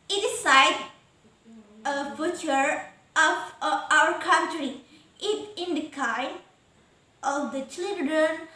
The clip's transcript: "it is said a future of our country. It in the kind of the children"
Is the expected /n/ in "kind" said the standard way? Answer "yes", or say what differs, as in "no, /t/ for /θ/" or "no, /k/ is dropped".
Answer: no, /n/ is dropped